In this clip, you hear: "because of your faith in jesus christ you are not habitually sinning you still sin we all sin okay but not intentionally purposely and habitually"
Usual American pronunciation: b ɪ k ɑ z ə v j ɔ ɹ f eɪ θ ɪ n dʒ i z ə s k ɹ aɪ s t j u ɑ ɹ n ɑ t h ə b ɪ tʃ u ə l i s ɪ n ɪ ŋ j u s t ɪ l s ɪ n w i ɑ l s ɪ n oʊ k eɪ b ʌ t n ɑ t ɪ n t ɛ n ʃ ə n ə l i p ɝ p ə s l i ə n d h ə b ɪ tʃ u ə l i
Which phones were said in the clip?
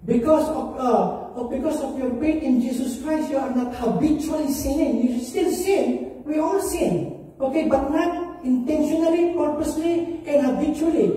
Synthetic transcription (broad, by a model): b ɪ k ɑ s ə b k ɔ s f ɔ t ɪ n dʒ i s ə s k ɹ aɪ s t j u ɑ ɹ n ɑ t h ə b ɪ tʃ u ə l i s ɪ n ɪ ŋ j u s t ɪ l s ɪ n w i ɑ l s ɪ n oʊ k eɪ b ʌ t n ɑ t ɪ n t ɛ n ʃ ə n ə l i p ɝ p ə s l i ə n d h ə b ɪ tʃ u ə l i